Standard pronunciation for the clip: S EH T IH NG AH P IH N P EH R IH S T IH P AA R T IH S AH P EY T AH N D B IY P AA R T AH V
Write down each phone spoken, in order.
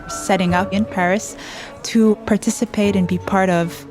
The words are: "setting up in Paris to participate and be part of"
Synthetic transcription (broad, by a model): S EH T IH NG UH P IH N P EH R IH S T IH P AA R T IH S AH P EY T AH N B IY P AA R T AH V